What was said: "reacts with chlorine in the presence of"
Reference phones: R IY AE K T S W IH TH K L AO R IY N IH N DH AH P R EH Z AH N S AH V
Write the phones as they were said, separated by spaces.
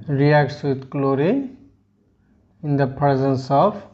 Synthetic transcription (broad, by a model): R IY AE K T S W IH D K L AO R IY IH N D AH P R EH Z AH N S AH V